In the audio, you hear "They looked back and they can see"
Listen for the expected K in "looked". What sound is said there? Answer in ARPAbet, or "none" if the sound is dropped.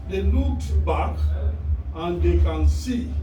none